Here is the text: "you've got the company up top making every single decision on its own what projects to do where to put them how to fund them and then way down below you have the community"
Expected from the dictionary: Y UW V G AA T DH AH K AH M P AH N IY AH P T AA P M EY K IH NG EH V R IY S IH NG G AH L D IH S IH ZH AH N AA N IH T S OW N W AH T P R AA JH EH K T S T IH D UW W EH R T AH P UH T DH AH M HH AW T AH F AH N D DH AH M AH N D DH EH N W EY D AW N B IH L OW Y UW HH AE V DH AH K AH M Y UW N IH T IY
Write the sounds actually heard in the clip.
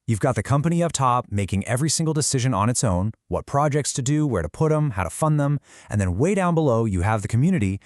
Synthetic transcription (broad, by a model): Y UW V G AA T DH AH K AH M P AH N IY AH P T AA P M EY K IH NG EH V R IY S IH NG G L D IH S IH ZH AH N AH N IH T S OW N W AH T P R AA JH EH K T S T IH D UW W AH R T AH P UH T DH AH M HH AW T AH F AH N DH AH M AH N DH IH N W EY D AW N B IH L OW Y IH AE V DH AH K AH M Y UW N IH T IY